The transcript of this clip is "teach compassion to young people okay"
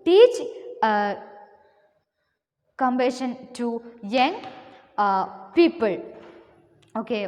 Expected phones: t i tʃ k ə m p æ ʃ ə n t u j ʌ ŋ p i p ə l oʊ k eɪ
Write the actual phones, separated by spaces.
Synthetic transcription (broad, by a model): t i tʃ k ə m b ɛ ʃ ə n t u j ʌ ŋ p i p ə l oʊ k eɪ